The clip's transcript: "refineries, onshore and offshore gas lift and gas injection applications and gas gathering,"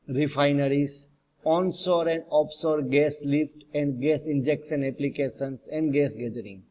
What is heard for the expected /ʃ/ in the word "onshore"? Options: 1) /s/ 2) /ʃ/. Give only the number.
1